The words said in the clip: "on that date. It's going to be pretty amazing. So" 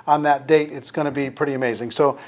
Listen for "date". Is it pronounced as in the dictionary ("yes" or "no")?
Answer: yes